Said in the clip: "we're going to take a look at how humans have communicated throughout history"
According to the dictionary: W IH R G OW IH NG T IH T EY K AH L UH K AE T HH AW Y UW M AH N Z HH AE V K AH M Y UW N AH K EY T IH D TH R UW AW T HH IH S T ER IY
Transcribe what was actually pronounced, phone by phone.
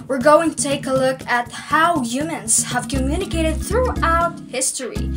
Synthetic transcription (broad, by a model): W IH R G OW IH NG T IH T EY K AH L UH K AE T HH AW Y UW M AH N Z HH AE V K AH M Y UW N AH K EY T IH D TH R UW AW T HH IH S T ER IY